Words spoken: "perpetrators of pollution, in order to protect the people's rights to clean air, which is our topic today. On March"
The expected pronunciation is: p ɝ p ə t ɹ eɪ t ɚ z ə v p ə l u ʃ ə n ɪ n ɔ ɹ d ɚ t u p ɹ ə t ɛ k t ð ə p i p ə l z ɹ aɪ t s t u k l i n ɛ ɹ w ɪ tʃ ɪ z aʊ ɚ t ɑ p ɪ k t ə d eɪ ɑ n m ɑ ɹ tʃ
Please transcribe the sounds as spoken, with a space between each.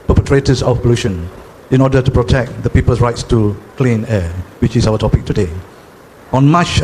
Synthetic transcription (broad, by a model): p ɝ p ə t ɹ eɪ t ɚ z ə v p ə l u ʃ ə n ɪ n ɔ d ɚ t u p ɹ ə t ɛ k t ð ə p i p ə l s ɹ aɪ t s t u k l i n ɛ w ɪ tʃ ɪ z aʊ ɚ t ɑ p ɪ k t ə d eɪ ɑ n m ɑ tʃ